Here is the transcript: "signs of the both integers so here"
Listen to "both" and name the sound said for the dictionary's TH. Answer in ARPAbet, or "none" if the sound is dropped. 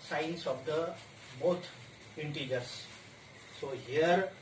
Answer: T